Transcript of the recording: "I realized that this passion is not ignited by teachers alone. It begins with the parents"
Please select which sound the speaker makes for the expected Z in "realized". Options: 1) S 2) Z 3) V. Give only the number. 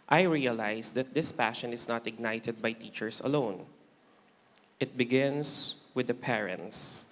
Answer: 1